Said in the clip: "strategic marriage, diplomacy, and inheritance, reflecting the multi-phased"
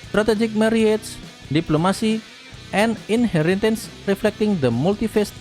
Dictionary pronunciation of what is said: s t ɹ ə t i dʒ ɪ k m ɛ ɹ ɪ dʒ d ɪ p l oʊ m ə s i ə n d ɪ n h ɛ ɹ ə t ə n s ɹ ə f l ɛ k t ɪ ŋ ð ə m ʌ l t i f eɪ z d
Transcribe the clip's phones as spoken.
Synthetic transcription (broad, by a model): s t ɹ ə t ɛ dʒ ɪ k m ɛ ɹ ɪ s d ɪ p l oʊ m ə s i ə n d ɪ n h ɛ ɹ ə t ə n s ɹ ə f l ɛ k t ɪ ŋ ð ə m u l t i f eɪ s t